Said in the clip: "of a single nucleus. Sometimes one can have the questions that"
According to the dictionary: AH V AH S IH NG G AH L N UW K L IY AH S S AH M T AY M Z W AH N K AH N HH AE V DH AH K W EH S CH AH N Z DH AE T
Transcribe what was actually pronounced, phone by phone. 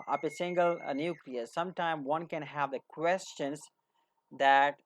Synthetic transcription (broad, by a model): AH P AH S IH NG G AH L N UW K L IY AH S S AH M T AY M W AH N K AH N HH AE V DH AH K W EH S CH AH N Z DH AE T